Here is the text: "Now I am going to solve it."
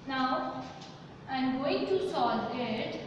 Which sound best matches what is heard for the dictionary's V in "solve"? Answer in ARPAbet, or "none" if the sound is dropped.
none